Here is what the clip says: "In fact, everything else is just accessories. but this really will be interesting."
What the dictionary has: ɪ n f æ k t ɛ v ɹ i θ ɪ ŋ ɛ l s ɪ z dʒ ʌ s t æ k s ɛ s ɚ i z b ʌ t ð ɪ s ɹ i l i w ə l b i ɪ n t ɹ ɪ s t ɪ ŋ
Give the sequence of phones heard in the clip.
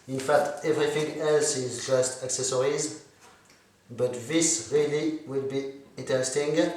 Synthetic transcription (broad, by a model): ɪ n f æ k t ɛ v ɹ i θ ɪ ŋ ɛ l s ɪ z dʒ ʌ s t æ k s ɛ s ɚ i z b ʌ t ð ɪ s ɹ i l i w ə l b i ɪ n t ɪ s t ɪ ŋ